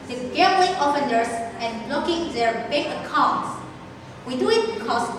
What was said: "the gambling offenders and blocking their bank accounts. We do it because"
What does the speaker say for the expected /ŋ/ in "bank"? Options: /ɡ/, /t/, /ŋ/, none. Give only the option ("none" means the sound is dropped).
none